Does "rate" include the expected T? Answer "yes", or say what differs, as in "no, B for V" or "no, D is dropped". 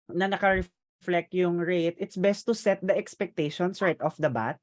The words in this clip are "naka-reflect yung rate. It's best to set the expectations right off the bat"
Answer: yes